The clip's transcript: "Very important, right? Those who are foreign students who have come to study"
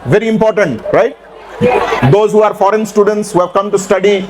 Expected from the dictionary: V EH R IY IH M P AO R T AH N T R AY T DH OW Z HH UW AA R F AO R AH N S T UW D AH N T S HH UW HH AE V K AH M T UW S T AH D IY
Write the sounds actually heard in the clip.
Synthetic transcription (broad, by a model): V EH R IY IH M P AO R T AH N T R AY T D OW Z HH UW AA R F AO R AH N S T UW D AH N T S HH UW HH AE V K AH M T UW S T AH D IY